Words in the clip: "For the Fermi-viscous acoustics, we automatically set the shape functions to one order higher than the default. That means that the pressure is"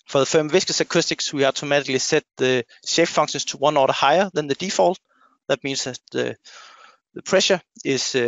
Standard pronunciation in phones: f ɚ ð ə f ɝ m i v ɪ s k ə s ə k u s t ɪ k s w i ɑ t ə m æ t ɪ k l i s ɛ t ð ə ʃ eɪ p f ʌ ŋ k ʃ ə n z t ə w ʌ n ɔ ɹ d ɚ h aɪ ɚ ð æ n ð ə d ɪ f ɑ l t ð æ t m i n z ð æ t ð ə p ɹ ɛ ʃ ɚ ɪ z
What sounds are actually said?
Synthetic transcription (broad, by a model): f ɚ ð ə f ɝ m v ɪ s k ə s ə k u s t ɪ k s w i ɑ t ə m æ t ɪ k l i s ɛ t ð ə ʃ eɪ f f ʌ ŋ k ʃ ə n s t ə w ʌ n ɔ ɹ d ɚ h aɪ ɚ ð æ n ð ə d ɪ f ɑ l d ð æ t m i n s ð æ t ð ə p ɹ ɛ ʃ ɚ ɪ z